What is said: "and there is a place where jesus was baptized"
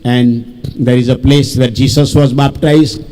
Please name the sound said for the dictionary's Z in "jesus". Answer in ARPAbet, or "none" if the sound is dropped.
S